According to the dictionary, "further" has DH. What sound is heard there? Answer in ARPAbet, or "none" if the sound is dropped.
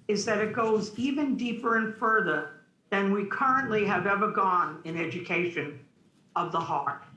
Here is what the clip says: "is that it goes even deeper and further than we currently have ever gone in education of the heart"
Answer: DH